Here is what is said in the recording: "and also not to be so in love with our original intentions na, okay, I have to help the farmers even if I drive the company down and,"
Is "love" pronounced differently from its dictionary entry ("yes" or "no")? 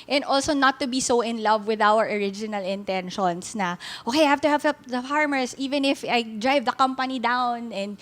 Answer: no